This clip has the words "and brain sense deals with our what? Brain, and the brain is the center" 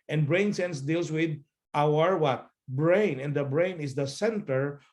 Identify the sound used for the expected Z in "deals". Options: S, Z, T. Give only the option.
S